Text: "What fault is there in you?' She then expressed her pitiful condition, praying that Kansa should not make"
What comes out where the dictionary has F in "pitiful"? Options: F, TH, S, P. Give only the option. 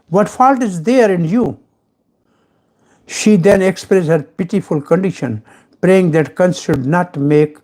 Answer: F